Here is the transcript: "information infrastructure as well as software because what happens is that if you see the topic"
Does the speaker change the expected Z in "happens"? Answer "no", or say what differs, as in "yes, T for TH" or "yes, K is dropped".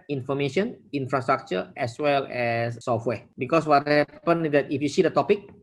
yes, Z is dropped